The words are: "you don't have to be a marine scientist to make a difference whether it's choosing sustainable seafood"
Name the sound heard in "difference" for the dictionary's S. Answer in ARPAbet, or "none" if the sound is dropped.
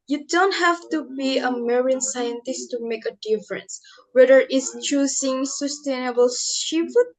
S